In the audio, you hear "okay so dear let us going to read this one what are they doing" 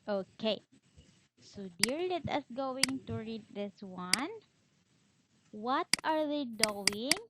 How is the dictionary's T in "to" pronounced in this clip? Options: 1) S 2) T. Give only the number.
2